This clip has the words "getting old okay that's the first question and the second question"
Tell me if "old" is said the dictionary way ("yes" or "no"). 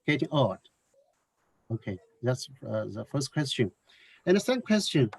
no